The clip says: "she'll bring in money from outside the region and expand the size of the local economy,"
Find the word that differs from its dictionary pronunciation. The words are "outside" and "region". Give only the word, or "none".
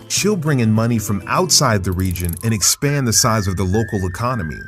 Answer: none